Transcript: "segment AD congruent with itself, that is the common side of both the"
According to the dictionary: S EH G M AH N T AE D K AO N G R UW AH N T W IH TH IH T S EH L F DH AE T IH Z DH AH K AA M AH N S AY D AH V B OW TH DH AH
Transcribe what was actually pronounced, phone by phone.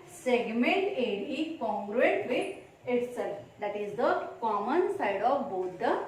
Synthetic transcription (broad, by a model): S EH G M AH N T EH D K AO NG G R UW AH T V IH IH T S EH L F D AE T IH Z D AH K AA M AH N S AY D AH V B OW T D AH